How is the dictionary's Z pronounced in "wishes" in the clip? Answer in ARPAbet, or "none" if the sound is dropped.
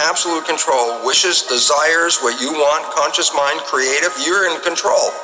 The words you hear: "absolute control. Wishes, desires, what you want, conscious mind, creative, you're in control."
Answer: Z